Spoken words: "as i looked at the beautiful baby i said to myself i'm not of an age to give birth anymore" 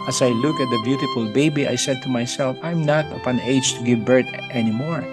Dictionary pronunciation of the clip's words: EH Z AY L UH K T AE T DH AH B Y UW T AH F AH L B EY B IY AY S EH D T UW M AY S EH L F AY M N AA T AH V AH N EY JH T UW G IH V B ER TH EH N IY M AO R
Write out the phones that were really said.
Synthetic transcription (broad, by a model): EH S AY L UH K AE T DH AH B Y UW T AH F AH L B EY B IY AY S EH D T UW M AY S EH L F AY M N AA T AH P AH N EY JH T UW G IH V B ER T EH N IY M AO R